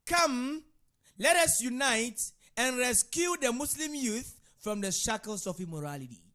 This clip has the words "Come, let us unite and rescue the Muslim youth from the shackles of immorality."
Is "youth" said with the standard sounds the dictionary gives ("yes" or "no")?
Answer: yes